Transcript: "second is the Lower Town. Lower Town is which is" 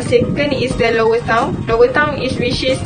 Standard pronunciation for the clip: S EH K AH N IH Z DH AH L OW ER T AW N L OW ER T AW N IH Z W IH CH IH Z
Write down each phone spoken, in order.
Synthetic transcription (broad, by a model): S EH K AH N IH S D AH L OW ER T AW N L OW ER T AW N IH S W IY SH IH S